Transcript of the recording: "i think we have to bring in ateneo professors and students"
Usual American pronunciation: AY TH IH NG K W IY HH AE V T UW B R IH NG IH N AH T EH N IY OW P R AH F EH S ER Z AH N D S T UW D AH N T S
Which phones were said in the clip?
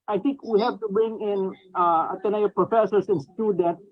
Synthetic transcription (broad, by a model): AY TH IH NG K W IY HH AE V T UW B R IH NG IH N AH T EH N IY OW P R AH F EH S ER S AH N S T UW D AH N T